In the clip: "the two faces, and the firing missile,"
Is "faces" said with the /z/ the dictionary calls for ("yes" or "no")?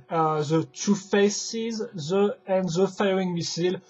yes